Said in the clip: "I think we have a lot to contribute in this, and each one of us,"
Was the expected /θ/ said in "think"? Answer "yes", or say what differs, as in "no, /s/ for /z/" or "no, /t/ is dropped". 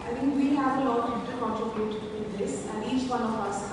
no, /t/ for /θ/